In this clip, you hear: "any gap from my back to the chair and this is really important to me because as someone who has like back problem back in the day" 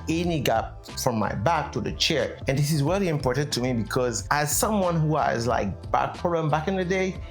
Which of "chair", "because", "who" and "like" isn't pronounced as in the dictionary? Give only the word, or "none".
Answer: none